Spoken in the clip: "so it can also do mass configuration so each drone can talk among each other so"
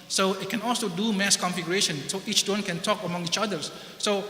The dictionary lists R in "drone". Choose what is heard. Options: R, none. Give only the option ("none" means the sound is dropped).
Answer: none